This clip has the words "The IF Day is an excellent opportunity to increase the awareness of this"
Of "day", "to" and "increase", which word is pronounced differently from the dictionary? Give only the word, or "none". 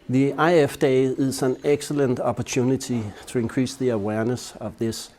to